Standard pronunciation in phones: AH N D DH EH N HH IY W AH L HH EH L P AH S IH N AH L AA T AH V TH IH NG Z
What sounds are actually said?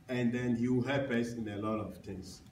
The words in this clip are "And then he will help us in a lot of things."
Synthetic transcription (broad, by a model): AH N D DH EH N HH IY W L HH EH P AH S IH N AH L AA T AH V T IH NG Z